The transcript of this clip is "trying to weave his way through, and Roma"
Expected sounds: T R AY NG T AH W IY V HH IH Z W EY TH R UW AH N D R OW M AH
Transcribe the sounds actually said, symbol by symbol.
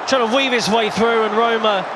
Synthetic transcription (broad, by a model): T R AY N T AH W IY V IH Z W EY TH R UW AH N R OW M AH